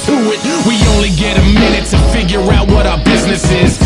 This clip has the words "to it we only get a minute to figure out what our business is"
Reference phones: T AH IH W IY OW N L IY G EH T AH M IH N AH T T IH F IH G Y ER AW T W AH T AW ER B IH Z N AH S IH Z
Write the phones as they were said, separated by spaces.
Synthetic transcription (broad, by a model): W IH W IY OW N L IY G EH T AH M IH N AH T T IH F IH G Y ER AW T W AH T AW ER B IH Z N AH S IH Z